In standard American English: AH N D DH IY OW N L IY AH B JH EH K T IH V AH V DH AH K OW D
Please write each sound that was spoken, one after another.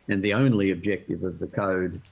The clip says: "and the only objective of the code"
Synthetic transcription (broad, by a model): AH N DH IY OW N L IY AH B JH EH K T IH V AH V DH AH K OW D